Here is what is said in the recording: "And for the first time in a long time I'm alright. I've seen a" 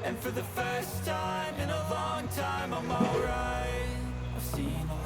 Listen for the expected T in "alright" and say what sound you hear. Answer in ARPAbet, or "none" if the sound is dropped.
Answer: none